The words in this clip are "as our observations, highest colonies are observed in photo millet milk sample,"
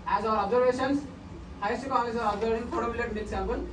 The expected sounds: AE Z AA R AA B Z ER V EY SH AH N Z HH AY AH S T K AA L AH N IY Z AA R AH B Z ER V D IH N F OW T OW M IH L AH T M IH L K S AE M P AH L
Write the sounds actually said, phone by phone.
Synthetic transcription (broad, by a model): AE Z AA R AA B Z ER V EY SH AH N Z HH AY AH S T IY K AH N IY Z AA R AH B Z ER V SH IH N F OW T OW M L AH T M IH K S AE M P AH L